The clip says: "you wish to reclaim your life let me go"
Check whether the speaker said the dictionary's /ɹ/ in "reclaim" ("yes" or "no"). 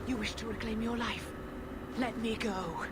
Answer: no